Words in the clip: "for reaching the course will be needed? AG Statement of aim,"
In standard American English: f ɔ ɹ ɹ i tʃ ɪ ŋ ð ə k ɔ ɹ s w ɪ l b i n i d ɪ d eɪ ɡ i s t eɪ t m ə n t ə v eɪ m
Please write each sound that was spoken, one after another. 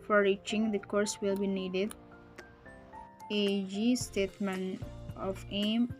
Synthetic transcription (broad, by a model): f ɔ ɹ ɹ i tʃ ɪ ŋ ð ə k ɔ ɹ s w ɪ l b i n i d ɪ d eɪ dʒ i s t eɪ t m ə n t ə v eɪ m